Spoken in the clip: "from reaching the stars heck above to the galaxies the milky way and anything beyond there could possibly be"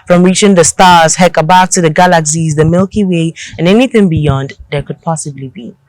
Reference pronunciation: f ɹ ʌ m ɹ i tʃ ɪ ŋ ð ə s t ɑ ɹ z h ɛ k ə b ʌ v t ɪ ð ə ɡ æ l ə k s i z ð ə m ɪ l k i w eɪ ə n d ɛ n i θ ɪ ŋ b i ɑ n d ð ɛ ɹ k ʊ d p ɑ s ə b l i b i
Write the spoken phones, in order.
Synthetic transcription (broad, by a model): f ɹ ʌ m ɹ i tʃ ɪ ŋ ð ə s t ɑ ɹ z h ɛ k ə b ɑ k t ɪ ð ə ɡ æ l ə k s i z ð ə m ɪ l k i w eɪ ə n ɛ n i θ ɪ ŋ b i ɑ n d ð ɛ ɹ k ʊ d p ɑ s ə b l i b i